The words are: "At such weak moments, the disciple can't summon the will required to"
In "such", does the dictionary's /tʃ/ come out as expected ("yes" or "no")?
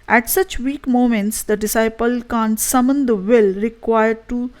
yes